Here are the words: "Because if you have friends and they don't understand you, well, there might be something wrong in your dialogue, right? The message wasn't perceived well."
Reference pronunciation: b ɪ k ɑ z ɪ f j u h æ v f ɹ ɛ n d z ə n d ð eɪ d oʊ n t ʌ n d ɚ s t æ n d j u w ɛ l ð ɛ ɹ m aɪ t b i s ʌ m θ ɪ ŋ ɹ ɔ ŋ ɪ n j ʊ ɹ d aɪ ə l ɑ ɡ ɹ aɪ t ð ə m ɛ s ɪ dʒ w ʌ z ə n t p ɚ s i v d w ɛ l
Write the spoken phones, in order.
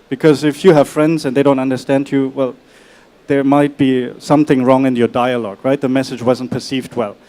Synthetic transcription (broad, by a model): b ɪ k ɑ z ɪ f j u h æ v f ɹ ɛ n d z ə n d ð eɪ d oʊ n t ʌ n d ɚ s t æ n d j u w ɛ l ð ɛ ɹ m aɪ t b i s ʌ m θ ɪ ŋ ɹ ɔ ŋ ɪ n j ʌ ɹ d aɪ ə l ɑ ɡ ɹ aɪ t ð ə m ɛ s ɪ dʒ w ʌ z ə n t p ɚ s i v d w ɛ l